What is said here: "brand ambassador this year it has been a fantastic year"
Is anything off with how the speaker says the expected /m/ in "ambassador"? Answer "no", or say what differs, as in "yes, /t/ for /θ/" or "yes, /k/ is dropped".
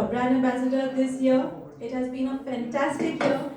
yes, /m/ is dropped